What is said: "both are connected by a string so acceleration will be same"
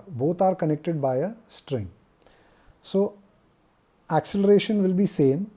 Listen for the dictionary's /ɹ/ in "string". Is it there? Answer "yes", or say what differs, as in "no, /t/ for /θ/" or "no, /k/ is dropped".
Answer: yes